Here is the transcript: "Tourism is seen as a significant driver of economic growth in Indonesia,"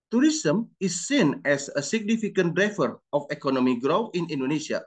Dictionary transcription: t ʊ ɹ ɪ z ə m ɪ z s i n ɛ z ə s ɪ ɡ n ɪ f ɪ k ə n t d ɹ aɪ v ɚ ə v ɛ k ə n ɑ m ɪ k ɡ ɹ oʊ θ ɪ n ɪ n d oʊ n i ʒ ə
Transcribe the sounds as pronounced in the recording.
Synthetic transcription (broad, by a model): t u ɹ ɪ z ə m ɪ s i n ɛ s ə s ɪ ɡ n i f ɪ k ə n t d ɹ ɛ f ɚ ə f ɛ k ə n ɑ m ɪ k ɡ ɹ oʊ f ɪ n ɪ n d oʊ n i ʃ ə